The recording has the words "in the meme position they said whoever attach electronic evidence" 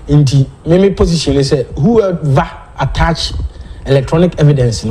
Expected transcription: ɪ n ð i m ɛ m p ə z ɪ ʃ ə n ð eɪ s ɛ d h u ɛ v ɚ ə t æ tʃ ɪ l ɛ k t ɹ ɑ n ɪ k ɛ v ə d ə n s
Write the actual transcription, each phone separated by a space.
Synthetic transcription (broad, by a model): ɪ n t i m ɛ m p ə s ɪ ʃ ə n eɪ s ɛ h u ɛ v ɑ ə t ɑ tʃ ɪ l ɛ k t ɹ ɑ n ɪ k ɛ v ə d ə n s